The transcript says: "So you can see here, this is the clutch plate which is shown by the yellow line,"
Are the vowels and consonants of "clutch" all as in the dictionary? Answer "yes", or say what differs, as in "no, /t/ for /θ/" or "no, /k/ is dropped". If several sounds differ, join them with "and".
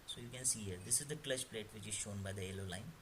no, /ʃ/ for /tʃ/